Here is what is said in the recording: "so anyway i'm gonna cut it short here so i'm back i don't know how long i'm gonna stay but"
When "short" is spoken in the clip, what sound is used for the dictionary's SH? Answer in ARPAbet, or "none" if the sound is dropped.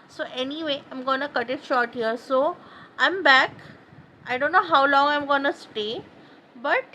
SH